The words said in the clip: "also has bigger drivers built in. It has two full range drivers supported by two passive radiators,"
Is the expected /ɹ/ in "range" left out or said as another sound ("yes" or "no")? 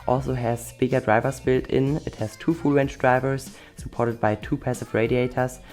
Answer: yes